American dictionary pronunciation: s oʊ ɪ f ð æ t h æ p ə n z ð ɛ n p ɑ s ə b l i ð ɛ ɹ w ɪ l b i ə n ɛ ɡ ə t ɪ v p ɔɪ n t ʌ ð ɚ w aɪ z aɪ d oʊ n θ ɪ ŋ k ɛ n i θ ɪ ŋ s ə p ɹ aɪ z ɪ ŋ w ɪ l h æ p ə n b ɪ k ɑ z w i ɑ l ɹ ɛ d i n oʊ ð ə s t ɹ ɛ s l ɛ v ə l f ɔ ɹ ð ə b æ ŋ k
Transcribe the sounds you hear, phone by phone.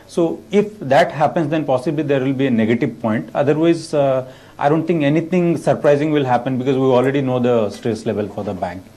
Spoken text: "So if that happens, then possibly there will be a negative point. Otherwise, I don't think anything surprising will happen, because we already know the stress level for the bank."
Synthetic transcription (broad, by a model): s oʊ ɪ f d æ t h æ p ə n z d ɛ n p ɑ s ə b l i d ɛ ɹ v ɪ l b i ə n ɛ ɡ ə t ɪ v p ɔɪ n t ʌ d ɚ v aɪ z aɪ d oʊ n t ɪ ŋ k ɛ n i t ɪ ŋ s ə p ɹ aɪ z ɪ ŋ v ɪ l h æ p ə n b ɪ k ɑ z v i ɑ l ɹ ɛ d i n oʊ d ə s t ɹ ɛ s l ɛ v ə l f ɔ ɹ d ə b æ ŋ k